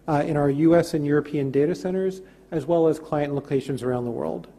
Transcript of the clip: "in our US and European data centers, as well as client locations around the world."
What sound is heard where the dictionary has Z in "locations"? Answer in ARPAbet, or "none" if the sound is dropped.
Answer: Z